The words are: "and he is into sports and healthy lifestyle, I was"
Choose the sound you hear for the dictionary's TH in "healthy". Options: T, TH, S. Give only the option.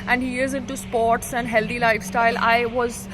T